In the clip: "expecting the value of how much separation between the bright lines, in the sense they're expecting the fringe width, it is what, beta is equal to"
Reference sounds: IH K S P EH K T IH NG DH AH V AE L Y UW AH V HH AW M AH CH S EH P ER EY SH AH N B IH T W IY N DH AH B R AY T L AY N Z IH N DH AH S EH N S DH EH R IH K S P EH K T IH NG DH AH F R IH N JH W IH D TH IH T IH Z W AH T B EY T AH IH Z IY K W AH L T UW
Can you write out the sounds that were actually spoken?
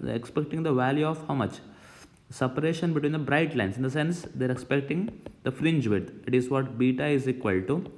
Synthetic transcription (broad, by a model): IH K S P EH K T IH NG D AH V AE L Y UW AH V HH AW M AH CH S EH P ER EY SH AH N B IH T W IY N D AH B R AY T L AY N S IH N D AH S EH N S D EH R IH K S P EH K T IH NG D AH F R IH N JH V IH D IH T IH Z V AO T B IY T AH IH Z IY K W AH L T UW